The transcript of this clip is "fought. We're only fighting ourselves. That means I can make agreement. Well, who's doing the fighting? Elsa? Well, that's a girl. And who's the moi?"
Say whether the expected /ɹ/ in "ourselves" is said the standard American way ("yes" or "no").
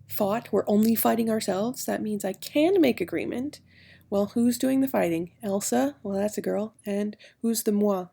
yes